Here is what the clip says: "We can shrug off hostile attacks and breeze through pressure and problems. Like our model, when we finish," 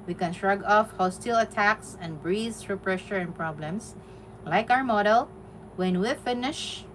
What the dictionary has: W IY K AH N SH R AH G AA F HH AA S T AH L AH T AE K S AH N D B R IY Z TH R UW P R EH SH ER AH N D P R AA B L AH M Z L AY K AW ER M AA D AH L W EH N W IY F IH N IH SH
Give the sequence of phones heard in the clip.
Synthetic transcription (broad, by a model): W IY K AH N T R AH G AA F HH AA S T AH L AH T AE K S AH N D B R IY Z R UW P R EH SH ER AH N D P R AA B L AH M S L AY K AW ER M AA D AH L W EH N W IY F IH N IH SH